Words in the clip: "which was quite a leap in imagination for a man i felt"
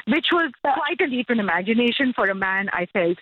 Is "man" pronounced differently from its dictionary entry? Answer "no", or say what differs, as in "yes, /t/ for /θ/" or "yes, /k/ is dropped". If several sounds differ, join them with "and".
no